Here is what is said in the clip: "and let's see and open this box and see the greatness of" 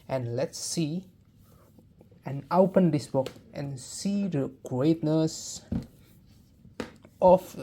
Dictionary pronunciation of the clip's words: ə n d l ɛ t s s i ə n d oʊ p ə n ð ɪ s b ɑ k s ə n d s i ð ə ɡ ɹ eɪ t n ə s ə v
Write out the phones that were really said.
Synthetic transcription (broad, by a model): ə n l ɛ t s s i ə n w p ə n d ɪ s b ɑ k ə n s i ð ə ɡ ɹ eɪ t n ə s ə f